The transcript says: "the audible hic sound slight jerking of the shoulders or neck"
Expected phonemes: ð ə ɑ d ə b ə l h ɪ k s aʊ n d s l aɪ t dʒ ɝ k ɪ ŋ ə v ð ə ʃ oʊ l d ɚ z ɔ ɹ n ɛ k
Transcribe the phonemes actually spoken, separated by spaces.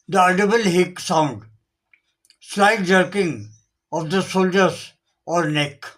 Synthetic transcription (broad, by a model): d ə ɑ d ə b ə l h ɪ k s aʊ n d s l aɪ t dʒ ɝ k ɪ ŋ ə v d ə s oʊ l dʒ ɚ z ɔ ɹ n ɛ k